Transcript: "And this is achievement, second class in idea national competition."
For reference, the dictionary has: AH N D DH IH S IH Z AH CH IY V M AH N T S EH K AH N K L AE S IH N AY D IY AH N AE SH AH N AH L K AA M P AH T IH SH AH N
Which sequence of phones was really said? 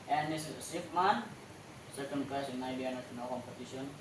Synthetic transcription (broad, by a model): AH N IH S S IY P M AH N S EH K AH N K AA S IH N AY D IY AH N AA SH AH N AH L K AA M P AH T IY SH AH N